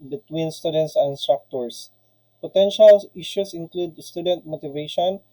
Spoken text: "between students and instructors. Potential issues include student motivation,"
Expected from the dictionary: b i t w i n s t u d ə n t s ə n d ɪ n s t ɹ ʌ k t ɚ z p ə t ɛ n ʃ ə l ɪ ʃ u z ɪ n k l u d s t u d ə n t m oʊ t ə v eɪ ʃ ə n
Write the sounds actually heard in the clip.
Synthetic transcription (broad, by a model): b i t w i n s t u d ə n t s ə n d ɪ n s t ɹ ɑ k t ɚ s p ə t ɛ n ʃ ə l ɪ ʃ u s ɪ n k l u d s t u d ə n t m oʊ t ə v eɪ ʃ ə n